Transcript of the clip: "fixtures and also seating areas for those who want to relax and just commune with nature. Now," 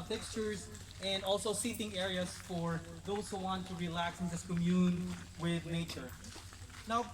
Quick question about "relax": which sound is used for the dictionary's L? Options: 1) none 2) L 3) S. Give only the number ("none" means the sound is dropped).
2